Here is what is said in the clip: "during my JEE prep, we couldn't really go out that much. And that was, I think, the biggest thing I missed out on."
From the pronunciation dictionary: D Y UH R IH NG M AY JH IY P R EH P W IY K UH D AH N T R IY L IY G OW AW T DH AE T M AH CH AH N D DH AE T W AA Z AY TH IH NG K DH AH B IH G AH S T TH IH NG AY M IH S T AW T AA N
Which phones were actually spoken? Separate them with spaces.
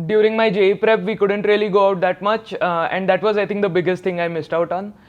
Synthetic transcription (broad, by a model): D Y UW R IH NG M AY JH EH P R EH P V IY K UH D AH N T R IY L IY G OW AW T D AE T M AH CH AH N D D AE T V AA Z AY T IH NG K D AH B IH G AH S T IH NG AY M IH S T AW T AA N